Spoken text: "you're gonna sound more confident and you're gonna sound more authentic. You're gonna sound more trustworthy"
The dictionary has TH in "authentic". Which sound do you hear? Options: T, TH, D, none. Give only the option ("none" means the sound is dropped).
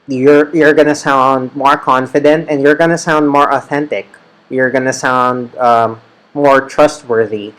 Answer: TH